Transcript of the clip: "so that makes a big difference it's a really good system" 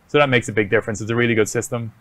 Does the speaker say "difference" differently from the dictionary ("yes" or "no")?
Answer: no